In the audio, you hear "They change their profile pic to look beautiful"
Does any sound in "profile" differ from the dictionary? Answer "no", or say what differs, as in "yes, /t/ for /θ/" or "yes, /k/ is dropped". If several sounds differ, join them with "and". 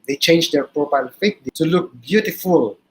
yes, /p/ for /f/